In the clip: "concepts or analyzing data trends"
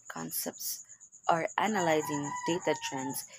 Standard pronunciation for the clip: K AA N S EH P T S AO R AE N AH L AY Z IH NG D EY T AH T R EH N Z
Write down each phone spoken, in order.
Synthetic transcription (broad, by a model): K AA N S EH P T S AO R AE N AH L AY Z IH NG D EY T AH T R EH N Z